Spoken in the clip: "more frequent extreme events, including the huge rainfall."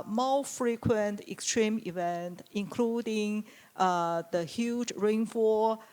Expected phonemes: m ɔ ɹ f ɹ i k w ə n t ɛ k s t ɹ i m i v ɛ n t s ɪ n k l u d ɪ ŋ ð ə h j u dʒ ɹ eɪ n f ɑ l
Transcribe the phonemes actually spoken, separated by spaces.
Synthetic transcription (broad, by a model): m ɔ f ɹ i k w ə n t ɛ k s t ɹ i m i v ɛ n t ɪ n k l u d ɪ ŋ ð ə h j u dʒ ɹ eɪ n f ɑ